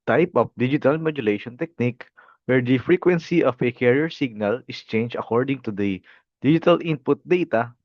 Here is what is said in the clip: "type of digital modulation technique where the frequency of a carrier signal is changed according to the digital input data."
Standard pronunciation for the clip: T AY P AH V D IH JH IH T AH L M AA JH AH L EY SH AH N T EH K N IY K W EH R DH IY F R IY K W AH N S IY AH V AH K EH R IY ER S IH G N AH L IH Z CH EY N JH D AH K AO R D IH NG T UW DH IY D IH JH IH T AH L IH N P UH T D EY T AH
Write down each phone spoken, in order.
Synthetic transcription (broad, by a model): T AY P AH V D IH JH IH T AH L M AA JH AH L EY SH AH N T EH K N IY K W EH R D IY F R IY K W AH N S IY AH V AH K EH R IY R S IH G N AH L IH S CH EY N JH AH K AO R D IH NG T UW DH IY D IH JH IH T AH L IH N P UH T D EY T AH